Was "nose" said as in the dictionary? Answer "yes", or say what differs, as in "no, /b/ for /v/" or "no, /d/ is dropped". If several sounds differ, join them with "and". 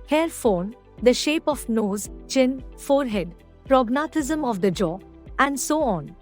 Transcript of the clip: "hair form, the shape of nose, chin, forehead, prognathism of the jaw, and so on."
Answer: yes